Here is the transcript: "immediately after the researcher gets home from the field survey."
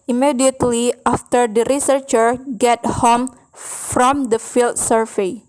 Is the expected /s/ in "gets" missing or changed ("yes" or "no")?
yes